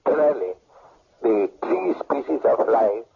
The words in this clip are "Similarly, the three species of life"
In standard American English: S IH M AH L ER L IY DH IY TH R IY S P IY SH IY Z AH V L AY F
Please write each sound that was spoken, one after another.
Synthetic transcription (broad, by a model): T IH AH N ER L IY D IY T R IY S P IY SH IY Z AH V L AY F